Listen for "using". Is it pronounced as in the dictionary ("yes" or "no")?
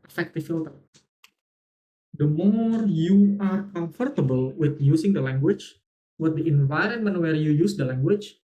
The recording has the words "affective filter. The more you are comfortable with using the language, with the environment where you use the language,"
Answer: no